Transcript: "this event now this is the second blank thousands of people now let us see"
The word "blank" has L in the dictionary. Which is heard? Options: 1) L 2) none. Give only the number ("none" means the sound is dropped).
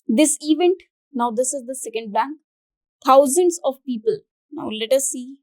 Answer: 2